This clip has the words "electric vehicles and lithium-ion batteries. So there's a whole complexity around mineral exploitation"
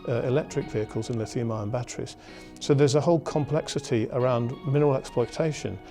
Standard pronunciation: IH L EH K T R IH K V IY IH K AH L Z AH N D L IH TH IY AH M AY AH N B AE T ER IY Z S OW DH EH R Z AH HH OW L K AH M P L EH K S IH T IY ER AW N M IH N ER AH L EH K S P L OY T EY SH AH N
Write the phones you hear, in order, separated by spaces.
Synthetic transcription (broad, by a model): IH L EH K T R IH K V IY IH K AH L Z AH N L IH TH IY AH M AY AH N B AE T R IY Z S OW DH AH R Z AH HH OW L K AH M P L EH K S IH T IY ER AW N M IH N ER AH L EH K S P L OY T EY SH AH N